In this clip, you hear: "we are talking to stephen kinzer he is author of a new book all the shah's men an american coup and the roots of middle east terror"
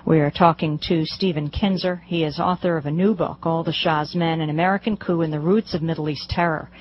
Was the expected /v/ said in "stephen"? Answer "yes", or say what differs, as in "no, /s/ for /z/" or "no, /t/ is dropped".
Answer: yes